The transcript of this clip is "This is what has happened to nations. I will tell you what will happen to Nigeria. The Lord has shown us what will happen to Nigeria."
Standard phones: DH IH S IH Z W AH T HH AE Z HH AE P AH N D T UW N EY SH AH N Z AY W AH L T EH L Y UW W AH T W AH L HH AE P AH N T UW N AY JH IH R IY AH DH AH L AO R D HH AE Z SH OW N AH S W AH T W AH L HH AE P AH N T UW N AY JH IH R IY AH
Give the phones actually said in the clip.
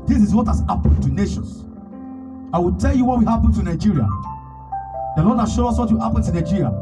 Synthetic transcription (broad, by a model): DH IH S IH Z W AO T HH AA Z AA P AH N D T UW N EY SH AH N S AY W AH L T EH L Y UW W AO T W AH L HH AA P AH N T UW N AY JH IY R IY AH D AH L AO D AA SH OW AO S W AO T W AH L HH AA P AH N T UW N AY JH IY R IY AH